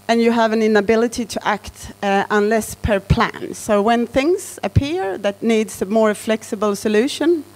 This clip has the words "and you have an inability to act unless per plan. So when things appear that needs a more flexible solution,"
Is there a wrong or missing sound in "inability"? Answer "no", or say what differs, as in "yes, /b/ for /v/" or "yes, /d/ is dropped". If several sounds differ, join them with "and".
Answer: no